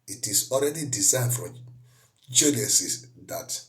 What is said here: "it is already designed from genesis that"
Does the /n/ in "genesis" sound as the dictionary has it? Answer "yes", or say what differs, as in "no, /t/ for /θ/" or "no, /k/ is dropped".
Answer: no, /l/ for /n/